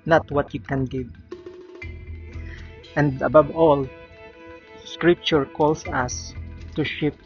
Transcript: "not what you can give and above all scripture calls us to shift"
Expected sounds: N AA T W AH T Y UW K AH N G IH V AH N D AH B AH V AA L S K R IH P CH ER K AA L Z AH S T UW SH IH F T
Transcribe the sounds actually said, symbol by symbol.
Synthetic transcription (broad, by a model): N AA T W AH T Y UW K AH N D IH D AH N D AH B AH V AA L S K R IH P CH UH K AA L S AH S T UW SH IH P